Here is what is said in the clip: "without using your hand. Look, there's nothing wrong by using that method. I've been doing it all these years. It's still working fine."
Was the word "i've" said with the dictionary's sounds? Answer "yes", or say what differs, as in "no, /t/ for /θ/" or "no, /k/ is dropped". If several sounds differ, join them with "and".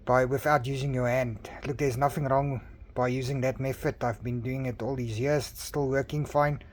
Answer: yes